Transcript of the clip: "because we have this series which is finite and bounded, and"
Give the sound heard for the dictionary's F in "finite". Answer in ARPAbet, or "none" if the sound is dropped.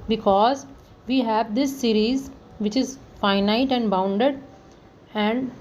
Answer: F